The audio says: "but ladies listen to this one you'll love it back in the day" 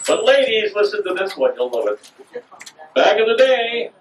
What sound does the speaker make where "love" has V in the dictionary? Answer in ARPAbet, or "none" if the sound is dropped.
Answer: none